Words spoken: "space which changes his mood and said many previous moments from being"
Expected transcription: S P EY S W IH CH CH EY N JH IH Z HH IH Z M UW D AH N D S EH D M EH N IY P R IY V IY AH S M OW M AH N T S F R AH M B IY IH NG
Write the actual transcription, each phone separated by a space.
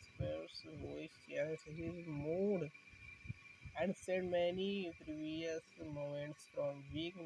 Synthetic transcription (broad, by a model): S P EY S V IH S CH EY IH S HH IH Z M UW D AH N D S EH D M EH N IY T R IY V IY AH S M OW M AH N T S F R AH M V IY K